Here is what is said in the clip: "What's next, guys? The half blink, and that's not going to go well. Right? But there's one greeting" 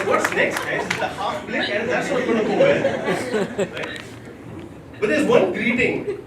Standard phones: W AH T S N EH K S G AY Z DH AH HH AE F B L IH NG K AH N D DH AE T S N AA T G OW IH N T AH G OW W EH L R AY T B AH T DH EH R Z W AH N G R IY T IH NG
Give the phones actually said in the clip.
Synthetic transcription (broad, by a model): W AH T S N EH K S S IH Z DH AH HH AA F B L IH K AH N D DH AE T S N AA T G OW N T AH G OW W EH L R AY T B AH T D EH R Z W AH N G R IY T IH NG